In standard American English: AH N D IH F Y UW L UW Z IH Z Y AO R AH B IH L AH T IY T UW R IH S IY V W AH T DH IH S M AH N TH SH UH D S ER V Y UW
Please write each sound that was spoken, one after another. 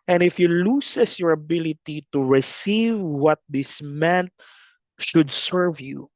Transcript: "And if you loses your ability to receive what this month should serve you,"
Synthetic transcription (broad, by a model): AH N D IH F Y UW L UW S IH S Y AO R AH B IH L AH T IY T UW R IH S IY V W AH T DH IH S M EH N T SH UH D S ER V Y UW